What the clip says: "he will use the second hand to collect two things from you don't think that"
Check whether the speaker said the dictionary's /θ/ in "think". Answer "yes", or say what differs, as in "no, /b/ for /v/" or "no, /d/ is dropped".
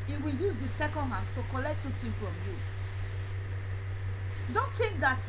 no, /t/ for /θ/